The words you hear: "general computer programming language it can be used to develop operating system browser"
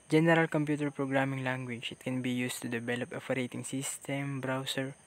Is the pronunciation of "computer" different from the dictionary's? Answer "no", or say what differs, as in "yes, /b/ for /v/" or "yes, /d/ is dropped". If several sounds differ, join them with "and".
no